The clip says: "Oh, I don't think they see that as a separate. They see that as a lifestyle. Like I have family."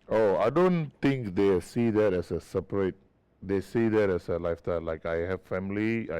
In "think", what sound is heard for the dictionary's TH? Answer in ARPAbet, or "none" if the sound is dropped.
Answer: T